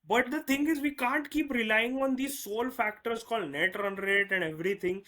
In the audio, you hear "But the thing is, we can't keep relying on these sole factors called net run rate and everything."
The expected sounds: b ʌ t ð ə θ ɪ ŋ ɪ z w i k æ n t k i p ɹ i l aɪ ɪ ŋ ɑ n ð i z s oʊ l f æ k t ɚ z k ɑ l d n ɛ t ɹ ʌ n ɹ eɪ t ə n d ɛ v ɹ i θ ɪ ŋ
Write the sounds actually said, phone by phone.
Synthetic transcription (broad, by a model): b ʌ t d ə t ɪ ŋ ɪ z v i k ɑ n t k i p ɹ i l aɪ ɪ ŋ ɑ n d i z s oʊ l f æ k t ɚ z k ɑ l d n ɛ t ɹ ʌ n ɹ eɪ t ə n d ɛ v ɹ i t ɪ ŋ